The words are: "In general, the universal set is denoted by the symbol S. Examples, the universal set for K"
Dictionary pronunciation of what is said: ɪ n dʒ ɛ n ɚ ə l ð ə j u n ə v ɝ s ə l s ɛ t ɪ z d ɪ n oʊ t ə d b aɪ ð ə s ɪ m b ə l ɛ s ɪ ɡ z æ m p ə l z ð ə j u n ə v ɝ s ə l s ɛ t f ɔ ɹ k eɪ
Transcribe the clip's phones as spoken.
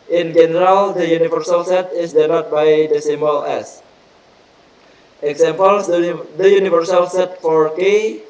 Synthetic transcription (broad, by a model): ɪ n dʒ ɛ n ɚ ə l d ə j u n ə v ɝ s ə l s ɛ t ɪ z d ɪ l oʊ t b aɪ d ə s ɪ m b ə l ɛ s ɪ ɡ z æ m p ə l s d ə j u n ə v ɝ s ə l s ɛ t f ɔ ɹ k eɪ